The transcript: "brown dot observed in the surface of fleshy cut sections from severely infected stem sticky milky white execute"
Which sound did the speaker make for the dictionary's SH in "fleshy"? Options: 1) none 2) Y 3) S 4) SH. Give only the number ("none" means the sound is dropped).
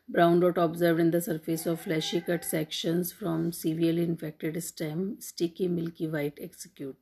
4